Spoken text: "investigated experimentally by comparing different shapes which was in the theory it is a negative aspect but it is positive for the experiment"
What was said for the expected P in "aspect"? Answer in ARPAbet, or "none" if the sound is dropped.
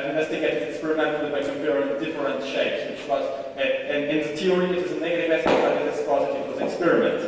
none